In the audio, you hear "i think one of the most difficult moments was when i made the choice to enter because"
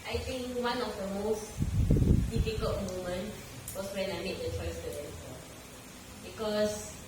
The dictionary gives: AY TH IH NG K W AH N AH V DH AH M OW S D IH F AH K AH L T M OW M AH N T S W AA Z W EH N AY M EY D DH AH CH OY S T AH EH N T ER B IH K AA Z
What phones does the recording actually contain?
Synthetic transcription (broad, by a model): AY T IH NG K W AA N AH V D AH M OW S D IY F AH K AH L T M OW M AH N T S W AA S W EH N AY M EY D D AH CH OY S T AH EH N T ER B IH K AA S